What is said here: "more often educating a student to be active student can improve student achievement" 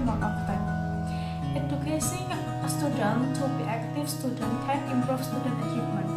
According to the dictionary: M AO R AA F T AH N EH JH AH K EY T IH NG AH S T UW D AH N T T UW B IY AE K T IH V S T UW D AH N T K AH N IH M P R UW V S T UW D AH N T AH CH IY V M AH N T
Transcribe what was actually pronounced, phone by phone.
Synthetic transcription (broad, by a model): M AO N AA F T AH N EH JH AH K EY S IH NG S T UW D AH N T T UW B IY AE K T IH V S T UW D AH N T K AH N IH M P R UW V S T UW D AH N T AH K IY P M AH N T